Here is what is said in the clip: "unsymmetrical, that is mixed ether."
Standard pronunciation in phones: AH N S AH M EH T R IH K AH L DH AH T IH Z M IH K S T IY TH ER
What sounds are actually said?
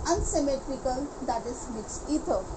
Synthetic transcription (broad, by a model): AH N S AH M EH T R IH K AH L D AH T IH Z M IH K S IY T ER